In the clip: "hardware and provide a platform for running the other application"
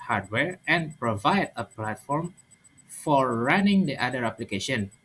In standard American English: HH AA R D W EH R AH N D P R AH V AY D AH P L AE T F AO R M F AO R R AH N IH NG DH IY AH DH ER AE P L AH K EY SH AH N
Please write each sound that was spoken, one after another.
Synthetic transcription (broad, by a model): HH AA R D W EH R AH N P R AH V AY D AH P L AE T F AO R M F AO R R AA N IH NG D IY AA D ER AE P L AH K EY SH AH N